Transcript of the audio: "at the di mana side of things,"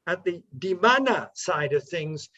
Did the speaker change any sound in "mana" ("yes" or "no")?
no